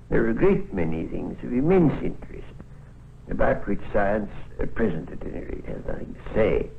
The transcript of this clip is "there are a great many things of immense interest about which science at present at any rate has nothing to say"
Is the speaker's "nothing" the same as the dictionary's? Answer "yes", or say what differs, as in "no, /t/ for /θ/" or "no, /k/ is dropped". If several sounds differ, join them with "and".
yes